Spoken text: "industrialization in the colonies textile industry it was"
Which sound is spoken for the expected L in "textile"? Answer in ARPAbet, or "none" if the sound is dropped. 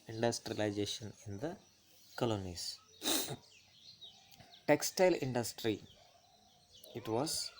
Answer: L